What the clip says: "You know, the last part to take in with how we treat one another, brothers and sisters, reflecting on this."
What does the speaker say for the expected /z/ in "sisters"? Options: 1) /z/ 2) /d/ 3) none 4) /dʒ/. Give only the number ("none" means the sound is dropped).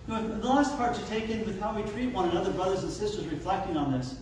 1